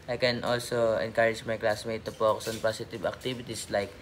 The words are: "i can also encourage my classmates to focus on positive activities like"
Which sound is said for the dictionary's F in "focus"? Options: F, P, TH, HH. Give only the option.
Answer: P